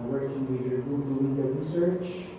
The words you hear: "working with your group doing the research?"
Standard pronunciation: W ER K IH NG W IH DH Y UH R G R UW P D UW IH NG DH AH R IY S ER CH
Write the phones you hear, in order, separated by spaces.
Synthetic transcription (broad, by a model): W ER K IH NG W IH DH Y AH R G UW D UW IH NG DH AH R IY S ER CH